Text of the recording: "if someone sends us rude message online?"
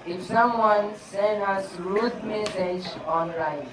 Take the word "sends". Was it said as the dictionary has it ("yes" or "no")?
no